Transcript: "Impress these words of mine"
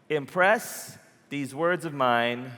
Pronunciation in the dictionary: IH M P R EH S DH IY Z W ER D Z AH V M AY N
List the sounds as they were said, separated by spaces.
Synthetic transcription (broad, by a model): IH M P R EH S DH IY Z W ER D Z AH V M AY N